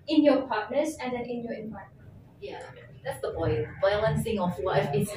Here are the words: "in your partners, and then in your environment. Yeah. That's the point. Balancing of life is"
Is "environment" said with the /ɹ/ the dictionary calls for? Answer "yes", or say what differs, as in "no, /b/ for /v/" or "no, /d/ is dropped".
no, /ɹ/ is dropped